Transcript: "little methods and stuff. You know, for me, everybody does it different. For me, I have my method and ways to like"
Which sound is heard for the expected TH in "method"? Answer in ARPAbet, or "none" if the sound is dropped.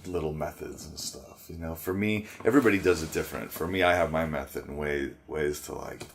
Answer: TH